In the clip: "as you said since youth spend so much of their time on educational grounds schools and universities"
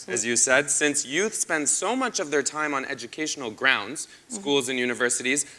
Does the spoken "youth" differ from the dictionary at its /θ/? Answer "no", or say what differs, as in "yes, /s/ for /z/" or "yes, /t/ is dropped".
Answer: no